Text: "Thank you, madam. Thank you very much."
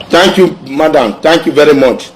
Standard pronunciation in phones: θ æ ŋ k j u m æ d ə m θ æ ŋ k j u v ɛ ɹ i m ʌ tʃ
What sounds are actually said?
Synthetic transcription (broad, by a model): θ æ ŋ k j u m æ d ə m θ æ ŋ k j u v ɛ ɹ i m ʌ tʃ